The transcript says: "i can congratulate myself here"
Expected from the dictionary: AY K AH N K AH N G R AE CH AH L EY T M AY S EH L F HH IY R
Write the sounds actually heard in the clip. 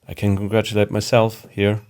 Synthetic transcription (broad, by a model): AY K AH N K AH N G R AE CH AH L EY T M AY S EH L F HH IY R